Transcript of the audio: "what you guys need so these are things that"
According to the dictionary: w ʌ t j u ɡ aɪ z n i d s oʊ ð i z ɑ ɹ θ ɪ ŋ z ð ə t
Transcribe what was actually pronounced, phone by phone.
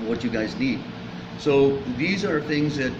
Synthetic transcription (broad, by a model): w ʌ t j u ɡ aɪ z n i d s oʊ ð i z ɑ ɹ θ ɪ ŋ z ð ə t